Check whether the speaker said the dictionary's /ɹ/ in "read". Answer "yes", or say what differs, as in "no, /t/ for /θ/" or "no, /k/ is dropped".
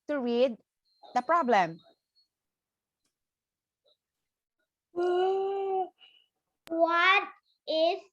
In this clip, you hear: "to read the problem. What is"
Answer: no, /w/ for /ɹ/